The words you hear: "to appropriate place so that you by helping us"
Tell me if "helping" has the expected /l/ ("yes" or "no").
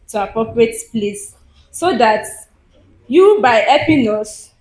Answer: no